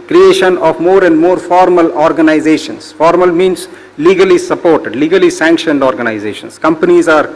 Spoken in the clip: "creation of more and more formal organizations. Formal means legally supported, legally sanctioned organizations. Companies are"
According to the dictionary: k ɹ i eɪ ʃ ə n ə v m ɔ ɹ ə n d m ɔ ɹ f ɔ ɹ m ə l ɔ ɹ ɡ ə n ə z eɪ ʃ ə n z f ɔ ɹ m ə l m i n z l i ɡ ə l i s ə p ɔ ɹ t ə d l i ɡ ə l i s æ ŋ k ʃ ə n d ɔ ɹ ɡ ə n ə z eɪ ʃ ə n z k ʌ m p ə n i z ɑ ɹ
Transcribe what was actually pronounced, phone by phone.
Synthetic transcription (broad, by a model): k ɹ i eɪ ʃ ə n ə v m ɔ ɹ ə n d m ɔ ɹ f ɔ ɹ m ə l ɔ ɹ ɡ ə n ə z eɪ ʃ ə n s f ɔ ɹ m ə l m i n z l i ɡ ə l i s ə p ɔ ɹ t ə d l i ɡ ə l i s æ ŋ k ʃ ə n d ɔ ɹ ɡ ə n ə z eɪ ʃ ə n s k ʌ m p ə n i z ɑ ɹ